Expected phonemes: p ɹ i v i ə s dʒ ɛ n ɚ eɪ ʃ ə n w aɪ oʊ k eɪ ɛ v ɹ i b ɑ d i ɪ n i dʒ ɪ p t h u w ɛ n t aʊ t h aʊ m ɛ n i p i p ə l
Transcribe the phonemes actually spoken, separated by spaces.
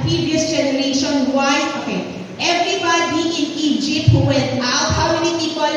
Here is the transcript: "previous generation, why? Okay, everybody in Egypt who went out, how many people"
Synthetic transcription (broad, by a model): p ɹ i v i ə s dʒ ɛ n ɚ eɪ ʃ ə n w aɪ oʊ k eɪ ɛ v ɹ i b ɑ d i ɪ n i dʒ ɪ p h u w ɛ t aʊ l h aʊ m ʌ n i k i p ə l